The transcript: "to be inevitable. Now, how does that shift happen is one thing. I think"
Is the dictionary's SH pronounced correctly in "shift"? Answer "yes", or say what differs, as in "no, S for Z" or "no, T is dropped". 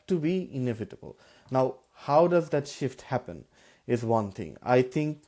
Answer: yes